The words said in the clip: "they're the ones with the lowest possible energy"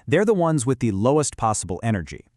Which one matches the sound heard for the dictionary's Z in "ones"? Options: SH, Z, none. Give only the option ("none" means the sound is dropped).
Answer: Z